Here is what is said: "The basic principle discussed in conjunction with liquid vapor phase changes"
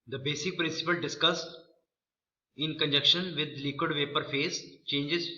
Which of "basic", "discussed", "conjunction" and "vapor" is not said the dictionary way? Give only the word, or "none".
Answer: conjunction